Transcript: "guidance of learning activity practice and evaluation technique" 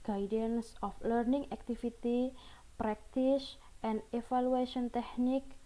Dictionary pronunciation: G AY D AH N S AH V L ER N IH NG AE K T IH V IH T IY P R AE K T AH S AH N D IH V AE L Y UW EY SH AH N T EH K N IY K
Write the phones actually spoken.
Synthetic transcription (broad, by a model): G AY D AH N S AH F L ER N IH NG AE K T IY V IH T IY P R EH K T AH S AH N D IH F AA L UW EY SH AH N T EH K N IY K